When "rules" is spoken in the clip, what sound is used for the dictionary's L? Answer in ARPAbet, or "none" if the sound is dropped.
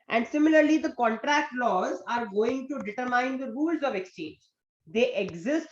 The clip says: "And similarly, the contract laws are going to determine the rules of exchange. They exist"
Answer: L